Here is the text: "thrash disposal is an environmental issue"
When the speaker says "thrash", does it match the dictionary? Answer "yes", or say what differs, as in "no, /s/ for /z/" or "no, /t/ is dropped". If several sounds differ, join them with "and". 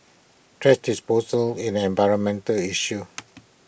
no, /t/ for /θ/ and /s/ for /ʃ/